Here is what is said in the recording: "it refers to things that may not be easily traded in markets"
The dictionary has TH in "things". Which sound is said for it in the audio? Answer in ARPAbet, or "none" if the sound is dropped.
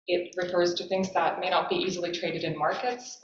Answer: TH